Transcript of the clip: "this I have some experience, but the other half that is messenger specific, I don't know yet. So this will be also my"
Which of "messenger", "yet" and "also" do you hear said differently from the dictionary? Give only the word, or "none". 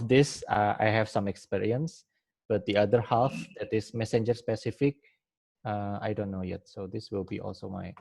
none